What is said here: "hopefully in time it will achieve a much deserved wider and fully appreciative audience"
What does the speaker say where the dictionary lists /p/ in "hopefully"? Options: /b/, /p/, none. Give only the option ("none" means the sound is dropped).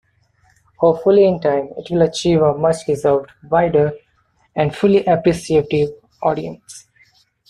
none